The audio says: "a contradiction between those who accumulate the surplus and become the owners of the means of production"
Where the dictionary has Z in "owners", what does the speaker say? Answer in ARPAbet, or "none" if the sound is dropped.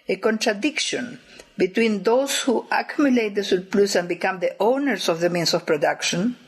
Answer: S